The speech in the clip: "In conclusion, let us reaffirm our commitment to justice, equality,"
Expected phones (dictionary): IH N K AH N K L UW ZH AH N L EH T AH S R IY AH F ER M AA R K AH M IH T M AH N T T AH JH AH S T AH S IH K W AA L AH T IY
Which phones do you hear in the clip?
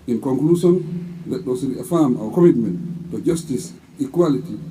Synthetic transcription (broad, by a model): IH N K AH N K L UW S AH N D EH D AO S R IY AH F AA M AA W K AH M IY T M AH N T T AH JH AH S T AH S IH K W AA L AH T IY